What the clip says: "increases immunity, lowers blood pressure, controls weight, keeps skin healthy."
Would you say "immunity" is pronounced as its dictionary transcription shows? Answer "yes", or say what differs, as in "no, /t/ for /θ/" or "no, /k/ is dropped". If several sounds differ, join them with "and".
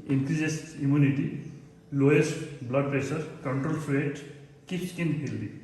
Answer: yes